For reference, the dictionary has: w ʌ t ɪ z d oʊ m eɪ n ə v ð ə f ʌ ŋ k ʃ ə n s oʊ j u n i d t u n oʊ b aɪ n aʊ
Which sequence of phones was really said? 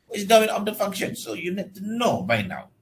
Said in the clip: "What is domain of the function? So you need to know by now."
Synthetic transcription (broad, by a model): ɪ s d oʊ eɪ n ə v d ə f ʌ ŋ k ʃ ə n s oʊ j u n i d t u n oʊ b aɪ n aʊ